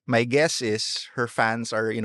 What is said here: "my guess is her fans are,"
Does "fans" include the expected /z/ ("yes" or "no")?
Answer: no